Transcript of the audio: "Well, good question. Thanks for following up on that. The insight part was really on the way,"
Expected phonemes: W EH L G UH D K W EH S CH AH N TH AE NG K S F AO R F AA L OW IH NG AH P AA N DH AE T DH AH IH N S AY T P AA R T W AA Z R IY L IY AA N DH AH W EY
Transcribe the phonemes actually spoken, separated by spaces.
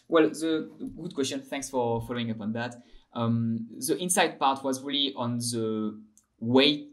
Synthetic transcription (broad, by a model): W EH L G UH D K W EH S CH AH N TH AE NG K S F AO R F AA L OW IH NG AH P AA N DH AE T DH AH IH N S AY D P AA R T W AA Z R IY L IY AA N DH AH W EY